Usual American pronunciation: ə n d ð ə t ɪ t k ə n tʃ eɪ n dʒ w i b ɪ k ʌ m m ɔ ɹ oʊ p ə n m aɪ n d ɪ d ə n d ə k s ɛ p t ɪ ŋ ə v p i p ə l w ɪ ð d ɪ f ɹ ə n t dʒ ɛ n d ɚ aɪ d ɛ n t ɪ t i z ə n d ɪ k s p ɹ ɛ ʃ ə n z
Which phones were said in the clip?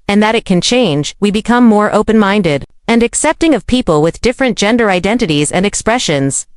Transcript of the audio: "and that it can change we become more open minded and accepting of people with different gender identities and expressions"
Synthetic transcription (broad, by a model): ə n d ð ə t ɪ t k ə n tʃ eɪ n dʒ w i b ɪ k ʌ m m ɔ ɹ oʊ p ə n m aɪ n d ɪ d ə n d ə k s ɛ p t ɪ ŋ ə v p i p ə l w ɪ ð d ɪ f ɹ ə n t dʒ ɛ n d ɚ aɪ d ɛ n t ɪ t i z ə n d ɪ k s p ɹ ɛ ʃ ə n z